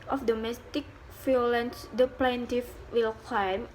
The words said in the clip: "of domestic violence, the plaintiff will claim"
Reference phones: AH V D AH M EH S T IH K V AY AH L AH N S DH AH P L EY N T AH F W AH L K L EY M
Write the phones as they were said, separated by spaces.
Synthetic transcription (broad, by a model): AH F D AH M EH S T IH K F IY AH L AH N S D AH P L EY N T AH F W AH L K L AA M